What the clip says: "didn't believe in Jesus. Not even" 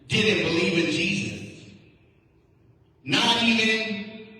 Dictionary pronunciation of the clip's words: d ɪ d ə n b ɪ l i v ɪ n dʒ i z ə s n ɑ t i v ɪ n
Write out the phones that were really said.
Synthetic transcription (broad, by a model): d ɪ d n b ɪ l i v ɪ n dʒ i z ə s n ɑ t i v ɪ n